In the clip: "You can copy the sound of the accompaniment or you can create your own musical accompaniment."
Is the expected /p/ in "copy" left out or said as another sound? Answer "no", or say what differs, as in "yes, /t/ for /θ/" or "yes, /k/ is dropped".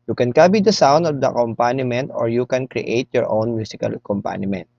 yes, /b/ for /p/